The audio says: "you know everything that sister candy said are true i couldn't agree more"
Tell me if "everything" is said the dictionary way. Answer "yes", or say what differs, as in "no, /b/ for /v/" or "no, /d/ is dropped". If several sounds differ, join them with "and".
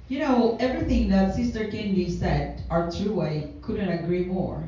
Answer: yes